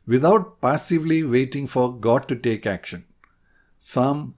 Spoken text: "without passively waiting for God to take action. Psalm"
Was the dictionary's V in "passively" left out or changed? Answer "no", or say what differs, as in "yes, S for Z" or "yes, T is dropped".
no